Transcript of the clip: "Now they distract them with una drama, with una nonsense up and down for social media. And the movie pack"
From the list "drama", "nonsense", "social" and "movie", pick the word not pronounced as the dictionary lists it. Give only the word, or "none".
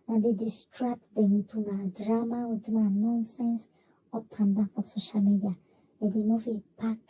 movie